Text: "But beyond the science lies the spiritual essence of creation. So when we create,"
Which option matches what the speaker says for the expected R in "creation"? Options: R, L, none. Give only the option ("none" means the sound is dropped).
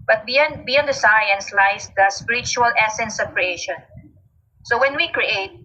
R